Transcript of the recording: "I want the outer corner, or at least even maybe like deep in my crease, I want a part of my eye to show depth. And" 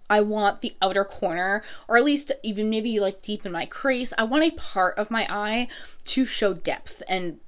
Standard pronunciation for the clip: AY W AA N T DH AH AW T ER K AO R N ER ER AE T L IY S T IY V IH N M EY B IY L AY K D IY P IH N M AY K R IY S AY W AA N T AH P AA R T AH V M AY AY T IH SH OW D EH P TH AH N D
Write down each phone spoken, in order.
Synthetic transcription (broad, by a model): AY W AA N DH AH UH T ER K AO R N ER ER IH T L IY S T IY V IH N M EY B IY L AY K D IY P IH N M AY K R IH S AY W AA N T AH P AA R T AH V M AY AY T IH SH OW D EH P TH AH N